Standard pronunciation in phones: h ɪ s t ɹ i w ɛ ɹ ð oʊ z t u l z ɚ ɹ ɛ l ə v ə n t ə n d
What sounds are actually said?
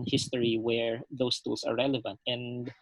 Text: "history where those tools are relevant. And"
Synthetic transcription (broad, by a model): h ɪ s t ɹ i w ɛ ɹ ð oʊ s t u l s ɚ ɹ ɛ l ə v ə n t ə n d